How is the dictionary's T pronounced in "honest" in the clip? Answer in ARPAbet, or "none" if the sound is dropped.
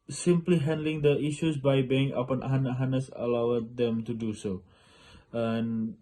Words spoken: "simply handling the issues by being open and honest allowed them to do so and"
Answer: none